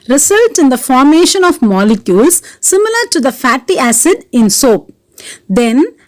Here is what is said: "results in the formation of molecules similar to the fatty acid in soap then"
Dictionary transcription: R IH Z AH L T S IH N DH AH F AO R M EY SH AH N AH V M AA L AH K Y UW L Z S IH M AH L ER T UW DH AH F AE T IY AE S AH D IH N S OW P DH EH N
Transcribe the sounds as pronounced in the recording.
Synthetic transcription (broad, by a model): R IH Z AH L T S IH N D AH F AO R M EY SH AH N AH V M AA L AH K Y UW L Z S IH M AH L ER T UW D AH F AE T IY AE S AH D IH N S OW P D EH N